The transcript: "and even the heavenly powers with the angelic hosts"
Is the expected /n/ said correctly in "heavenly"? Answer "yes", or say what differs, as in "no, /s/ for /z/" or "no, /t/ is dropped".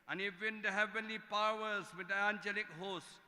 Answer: yes